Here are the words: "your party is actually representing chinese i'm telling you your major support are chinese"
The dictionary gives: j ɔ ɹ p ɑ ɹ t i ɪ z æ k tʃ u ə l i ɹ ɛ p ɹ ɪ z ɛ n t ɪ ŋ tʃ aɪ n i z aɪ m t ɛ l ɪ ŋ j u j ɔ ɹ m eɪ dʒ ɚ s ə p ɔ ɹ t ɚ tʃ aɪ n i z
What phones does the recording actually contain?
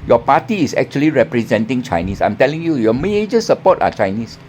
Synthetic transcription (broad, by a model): j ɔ p ɑ t i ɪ s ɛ k tʃ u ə l i ɹ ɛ p ɹ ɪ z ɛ n t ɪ ŋ tʃ aɪ n i s aɪ m t ɛ l ɪ ŋ j u j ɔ m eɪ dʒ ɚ s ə p ɔ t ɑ tʃ aɪ n i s